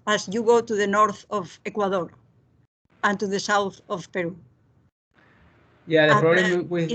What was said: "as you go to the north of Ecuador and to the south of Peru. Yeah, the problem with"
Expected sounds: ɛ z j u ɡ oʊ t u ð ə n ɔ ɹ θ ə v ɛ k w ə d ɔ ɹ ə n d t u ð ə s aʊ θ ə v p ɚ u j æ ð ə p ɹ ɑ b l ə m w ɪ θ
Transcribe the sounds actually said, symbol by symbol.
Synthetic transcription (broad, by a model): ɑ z j u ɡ oʊ t u ð ə n ɔ ɹ θ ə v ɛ k w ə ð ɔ ɹ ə n t u ð ə s aʊ θ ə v p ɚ u j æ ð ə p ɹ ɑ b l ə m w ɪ